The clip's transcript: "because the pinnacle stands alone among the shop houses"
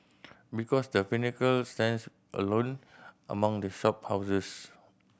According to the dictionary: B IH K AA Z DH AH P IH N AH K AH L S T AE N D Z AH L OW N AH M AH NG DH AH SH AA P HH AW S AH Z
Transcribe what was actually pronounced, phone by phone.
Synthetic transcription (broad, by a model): B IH K AA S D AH F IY N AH K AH L S T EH N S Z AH L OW N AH M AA NG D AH SH AA P HH AW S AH S